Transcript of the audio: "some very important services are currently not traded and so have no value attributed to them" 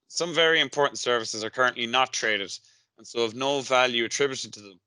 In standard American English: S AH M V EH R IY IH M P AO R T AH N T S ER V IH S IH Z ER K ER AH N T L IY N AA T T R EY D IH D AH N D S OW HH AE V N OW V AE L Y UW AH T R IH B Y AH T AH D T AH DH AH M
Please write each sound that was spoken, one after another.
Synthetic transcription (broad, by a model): S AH M V EH R IY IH M P AO R T N T S ER V IH S IH Z ER K ER AH N T L IY N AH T T R EY D IH D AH N S OW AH V N OW V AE L Y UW AH T R IH B Y AH T AH D T AH DH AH M